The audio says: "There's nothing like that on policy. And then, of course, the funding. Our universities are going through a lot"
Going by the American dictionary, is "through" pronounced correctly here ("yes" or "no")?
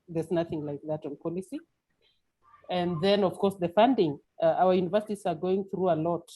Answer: yes